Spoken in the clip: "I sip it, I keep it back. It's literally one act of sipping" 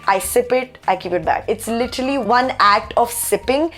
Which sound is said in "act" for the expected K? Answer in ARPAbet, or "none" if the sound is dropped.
K